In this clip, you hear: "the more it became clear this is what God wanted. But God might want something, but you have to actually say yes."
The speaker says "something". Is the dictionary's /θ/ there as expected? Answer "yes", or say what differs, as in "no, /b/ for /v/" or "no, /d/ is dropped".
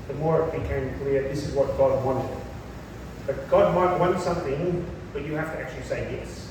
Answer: yes